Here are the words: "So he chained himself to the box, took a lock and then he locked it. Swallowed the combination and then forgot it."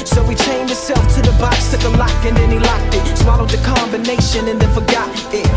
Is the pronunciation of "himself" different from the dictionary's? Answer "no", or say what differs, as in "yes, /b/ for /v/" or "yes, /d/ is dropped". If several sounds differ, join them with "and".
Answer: yes, /m/ is dropped